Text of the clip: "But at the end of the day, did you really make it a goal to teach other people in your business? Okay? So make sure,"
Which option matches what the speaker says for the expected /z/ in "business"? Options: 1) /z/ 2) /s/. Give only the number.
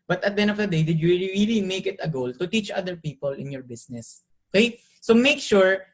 2